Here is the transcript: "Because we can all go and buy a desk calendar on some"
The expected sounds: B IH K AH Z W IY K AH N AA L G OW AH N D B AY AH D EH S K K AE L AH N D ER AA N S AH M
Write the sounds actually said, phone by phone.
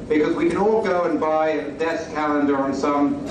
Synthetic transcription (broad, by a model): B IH K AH Z W IY K AH N AA L G OW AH N B AY AH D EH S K K AE L AH N D ER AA N S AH M